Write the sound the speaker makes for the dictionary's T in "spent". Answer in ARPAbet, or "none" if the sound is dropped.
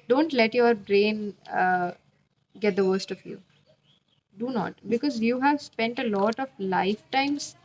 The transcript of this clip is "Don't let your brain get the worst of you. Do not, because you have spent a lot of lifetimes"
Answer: T